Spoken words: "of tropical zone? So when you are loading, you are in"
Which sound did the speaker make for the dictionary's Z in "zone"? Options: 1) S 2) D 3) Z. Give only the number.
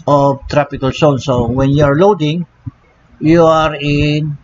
1